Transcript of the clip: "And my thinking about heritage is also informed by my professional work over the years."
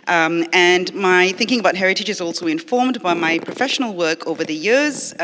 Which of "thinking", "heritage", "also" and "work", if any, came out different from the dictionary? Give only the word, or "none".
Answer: none